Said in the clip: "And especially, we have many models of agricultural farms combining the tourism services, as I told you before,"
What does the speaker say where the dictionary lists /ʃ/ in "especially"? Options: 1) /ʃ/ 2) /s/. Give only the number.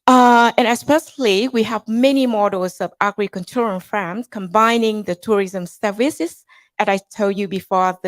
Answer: 2